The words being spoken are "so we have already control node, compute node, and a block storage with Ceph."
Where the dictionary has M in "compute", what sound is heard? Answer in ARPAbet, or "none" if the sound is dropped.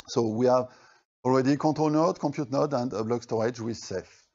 none